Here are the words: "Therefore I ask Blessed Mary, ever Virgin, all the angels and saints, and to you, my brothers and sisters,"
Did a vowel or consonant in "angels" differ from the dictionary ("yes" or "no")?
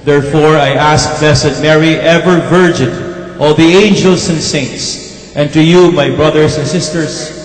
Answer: yes